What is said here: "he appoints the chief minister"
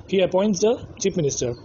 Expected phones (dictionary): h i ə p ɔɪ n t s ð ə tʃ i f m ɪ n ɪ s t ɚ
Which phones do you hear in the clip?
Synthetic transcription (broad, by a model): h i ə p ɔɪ n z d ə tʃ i p m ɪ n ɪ s t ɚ